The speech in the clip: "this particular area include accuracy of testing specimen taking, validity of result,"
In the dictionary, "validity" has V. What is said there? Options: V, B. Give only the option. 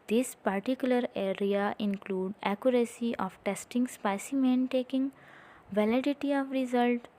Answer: V